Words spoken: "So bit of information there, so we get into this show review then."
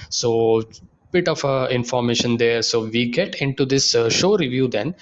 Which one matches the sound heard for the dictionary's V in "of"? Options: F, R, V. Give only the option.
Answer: F